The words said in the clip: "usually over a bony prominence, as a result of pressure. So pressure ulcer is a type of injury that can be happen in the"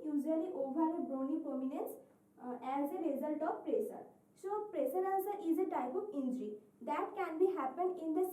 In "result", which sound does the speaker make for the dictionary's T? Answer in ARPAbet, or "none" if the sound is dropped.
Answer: T